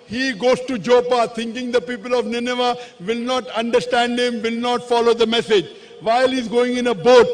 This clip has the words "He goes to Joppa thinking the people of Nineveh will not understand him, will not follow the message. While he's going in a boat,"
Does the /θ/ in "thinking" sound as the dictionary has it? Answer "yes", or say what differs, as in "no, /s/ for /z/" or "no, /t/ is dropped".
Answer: no, /t/ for /θ/